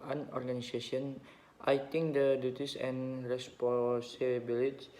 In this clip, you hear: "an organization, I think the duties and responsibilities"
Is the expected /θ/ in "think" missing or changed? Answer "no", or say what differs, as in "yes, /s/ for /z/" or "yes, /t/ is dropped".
yes, /t/ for /θ/